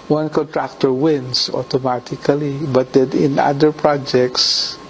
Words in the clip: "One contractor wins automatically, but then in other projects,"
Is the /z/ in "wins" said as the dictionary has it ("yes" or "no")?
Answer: no